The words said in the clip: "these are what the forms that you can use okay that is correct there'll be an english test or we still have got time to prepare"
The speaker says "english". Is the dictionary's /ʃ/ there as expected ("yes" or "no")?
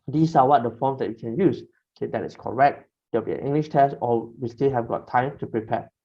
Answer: yes